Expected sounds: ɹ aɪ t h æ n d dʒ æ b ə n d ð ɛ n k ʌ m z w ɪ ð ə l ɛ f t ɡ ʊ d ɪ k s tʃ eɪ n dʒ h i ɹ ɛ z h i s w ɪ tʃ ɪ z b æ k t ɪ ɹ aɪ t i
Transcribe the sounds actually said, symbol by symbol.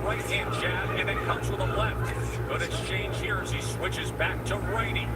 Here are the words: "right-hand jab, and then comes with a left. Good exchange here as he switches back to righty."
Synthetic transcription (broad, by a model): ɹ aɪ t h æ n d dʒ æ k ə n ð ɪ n k ʌ m z w ɪ ð ə l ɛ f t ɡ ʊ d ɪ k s tʃ eɪ n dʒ h i ɹ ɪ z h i s w ɪ tʃ ɪ z b æ k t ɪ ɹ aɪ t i